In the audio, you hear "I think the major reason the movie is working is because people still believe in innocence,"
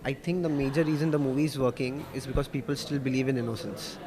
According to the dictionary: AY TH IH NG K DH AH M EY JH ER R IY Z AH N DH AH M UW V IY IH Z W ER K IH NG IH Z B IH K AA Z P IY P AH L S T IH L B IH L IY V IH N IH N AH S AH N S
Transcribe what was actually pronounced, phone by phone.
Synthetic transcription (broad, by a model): AY T IH NG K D AH M EY JH ER R IY Z AH N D AH M UW V IY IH Z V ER K IH NG IH Z B IH K AA Z P IY P AH L S T IH L B IH L IY V IH N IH N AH S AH N S